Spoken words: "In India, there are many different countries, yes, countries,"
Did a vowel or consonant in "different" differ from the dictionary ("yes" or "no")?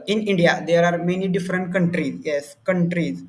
no